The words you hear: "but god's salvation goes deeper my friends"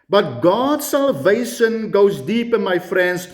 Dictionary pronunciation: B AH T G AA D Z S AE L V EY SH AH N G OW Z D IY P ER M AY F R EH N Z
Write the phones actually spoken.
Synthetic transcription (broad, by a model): B AH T G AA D S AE L V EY S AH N G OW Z D IY P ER M AY F R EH N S